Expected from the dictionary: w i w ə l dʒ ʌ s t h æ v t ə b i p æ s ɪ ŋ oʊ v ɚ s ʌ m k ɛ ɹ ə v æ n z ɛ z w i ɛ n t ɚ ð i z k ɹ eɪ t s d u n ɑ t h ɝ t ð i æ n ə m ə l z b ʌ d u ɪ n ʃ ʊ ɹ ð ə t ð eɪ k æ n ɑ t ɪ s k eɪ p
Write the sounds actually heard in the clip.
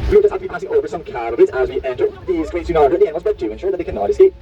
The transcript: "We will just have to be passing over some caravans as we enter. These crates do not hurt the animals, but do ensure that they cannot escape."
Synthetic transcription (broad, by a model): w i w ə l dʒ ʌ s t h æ f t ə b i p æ s ɪ ŋ oʊ v ɚ s ʌ m k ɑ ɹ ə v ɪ z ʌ z w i ɛ n t ɚ ð i z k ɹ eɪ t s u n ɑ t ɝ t ð i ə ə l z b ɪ d u ɪ n ʃ ʊ ɹ ð ə t ð eɪ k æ n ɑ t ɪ s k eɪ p